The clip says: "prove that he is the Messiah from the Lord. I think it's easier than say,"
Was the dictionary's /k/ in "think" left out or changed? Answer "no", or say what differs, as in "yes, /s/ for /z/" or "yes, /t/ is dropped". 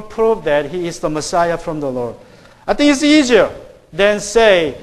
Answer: yes, /k/ is dropped